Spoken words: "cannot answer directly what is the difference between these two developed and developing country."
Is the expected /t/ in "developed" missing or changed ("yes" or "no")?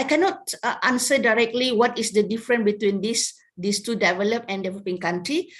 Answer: yes